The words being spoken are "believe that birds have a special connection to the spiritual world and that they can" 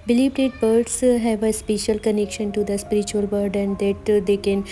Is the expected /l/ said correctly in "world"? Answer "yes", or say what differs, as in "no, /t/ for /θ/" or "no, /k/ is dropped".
no, /l/ is dropped